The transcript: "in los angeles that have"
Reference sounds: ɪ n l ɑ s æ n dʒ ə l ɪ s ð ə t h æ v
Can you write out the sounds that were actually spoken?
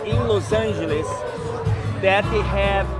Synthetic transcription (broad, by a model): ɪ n l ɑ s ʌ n ʒ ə l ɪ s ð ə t h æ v